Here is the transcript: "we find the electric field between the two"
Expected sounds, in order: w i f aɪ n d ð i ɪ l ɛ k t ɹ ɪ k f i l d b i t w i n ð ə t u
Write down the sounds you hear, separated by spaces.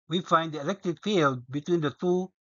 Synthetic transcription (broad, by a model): w i f aɪ n d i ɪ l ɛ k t ɪ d f i l d b i t w i n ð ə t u